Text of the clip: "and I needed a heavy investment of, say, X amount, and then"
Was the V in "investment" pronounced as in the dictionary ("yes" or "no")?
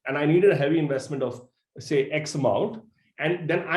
yes